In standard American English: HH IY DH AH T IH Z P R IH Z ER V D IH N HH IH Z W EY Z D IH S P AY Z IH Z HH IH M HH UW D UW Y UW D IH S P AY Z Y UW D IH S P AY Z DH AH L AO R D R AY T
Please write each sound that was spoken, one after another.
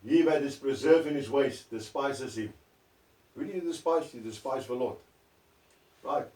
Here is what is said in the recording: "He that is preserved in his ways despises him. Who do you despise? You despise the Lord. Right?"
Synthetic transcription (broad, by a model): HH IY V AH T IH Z P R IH Z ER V IH N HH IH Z W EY S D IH S P AY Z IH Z HH IH M HH UW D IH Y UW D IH S P AY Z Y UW D IH S P AY Z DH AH L AO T R AY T